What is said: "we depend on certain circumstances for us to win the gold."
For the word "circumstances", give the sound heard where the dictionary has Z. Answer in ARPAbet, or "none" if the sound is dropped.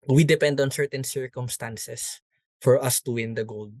S